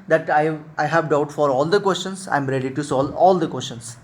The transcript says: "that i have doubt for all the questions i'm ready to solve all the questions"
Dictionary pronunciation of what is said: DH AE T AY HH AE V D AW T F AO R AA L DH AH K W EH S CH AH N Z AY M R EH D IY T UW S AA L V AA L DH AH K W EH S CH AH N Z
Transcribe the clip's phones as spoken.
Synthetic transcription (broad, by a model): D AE T AY HH AE V D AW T F AO R AA L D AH K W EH S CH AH N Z AY M R EH D IY T UW S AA L AA L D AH K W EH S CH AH N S